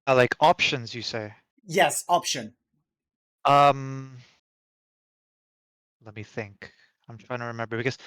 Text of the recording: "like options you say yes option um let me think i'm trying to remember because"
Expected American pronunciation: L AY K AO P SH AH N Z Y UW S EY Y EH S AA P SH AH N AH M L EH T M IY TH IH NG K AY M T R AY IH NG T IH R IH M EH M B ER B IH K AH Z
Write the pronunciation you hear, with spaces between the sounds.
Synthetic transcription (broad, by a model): L AY K AO P SH AH N Z Y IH S EY Y EH S AA P SH AH N AH M L EH T M IY TH IH NG K AY M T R AY IH NG T IH R IH M EH M B ER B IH K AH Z